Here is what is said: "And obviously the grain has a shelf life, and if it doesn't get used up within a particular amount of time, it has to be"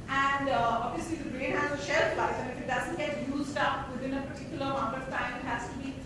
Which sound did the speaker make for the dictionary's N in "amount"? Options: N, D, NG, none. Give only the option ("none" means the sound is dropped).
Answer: none